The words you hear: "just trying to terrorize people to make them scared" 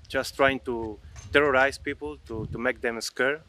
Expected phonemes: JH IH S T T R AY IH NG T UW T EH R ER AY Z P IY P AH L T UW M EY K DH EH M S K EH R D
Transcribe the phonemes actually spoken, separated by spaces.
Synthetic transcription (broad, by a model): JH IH S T T R AY IH NG T UW T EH R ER AY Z P IY P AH L T UW M EY K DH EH M S K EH R